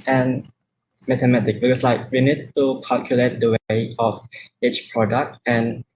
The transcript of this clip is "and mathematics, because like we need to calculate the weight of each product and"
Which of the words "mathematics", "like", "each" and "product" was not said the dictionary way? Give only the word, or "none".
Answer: mathematics